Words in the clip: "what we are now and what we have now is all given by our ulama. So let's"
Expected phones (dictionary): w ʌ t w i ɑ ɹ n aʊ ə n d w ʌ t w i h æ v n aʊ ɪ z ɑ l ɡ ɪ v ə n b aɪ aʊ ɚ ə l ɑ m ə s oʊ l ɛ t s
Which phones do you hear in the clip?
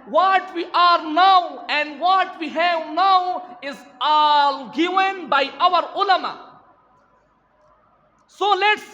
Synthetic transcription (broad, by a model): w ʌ t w i ɑ ɹ n aʊ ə n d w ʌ t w i h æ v n aʊ ɪ z ɑ l ɡ ɪ v ə n b aɪ aʊ ɚ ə l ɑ m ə s oʊ l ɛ t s